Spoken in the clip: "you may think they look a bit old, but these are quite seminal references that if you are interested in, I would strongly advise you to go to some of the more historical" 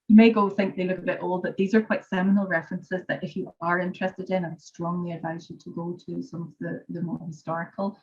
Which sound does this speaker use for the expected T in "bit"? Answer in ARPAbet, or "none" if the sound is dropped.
T